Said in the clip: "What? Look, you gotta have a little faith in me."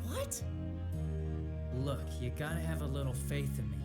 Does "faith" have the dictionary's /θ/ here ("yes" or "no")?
yes